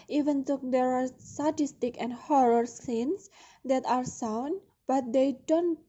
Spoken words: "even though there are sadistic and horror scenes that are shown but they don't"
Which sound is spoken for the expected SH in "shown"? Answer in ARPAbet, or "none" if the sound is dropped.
S